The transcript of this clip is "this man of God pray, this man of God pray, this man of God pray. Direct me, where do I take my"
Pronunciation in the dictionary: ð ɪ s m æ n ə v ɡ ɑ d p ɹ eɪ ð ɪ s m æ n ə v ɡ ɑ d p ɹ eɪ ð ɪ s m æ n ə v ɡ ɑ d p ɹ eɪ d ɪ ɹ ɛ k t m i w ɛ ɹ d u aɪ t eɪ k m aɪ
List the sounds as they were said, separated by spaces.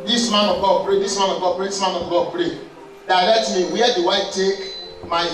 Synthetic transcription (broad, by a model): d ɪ s m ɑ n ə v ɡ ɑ p ɹ eɪ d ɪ s m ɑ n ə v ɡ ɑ p ɹ eɪ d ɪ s m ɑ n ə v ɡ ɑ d p ɹ eɪ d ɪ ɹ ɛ t m i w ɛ d u aɪ t eɪ k m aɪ